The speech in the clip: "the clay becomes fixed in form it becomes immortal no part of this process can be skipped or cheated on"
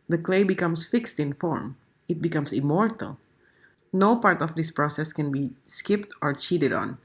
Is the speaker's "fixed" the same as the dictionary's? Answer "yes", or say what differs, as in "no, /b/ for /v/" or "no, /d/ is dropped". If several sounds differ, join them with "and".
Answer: yes